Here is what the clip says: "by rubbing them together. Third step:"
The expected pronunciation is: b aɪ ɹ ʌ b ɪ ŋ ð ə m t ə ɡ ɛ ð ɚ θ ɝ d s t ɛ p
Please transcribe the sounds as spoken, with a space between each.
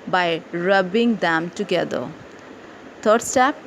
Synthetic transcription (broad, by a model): b aɪ ɹ ʌ b ɪ ŋ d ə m t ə ɡ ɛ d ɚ t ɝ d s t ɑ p